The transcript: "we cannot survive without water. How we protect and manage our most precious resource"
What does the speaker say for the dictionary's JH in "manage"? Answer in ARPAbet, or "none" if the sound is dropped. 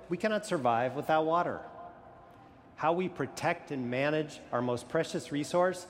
JH